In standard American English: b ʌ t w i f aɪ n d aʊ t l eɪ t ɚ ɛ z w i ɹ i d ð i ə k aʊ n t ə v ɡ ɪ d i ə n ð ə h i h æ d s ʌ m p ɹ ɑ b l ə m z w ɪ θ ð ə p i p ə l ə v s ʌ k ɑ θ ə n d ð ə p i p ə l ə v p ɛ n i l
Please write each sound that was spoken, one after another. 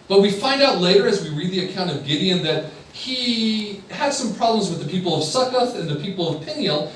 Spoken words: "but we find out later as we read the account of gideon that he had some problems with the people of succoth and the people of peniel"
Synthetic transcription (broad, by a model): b ʌ t w i f aɪ n d aʊ t l eɪ t ɚ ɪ z w i ɹ i d ð i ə k aʊ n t ə v ɡ ɪ d i ə n ð ə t i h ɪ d s ʌ m p ɹ ɑ b l ə m z w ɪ ð ə p i p l ə v s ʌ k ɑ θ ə n ð ə p i p l ə v p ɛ n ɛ l